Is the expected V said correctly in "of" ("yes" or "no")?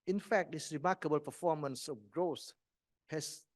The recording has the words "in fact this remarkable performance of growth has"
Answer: no